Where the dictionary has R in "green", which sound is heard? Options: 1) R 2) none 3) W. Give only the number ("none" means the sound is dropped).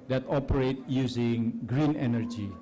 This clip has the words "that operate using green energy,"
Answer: 1